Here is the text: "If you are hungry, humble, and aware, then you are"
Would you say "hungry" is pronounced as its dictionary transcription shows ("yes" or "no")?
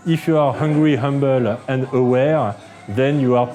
yes